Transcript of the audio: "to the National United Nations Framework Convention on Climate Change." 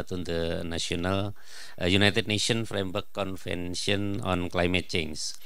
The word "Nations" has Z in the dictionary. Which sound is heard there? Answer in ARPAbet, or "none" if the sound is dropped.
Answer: none